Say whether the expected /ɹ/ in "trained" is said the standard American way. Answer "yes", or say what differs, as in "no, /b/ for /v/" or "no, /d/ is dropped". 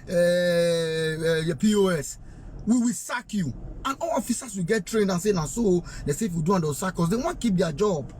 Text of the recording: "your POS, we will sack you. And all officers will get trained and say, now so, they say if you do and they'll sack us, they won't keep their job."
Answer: yes